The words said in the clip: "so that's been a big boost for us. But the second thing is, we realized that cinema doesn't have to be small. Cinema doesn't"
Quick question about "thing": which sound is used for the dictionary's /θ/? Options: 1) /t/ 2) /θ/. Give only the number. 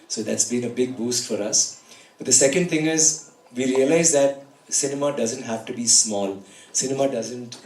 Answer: 1